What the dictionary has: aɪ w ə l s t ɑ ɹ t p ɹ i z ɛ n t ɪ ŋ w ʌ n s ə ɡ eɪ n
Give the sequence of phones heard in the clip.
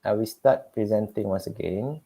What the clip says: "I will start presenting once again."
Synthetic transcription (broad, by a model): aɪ w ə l s t ɑ t p ɹ i z ɛ n t ɪ ŋ w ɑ n s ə ɡ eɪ n